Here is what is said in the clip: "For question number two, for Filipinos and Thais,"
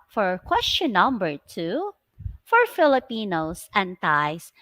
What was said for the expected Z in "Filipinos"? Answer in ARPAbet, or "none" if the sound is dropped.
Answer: S